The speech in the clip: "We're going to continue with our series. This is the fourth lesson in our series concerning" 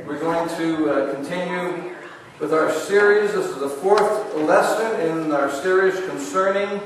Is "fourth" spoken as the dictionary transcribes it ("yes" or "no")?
yes